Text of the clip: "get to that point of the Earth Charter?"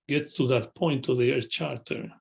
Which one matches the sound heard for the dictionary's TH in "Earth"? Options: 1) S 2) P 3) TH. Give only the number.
1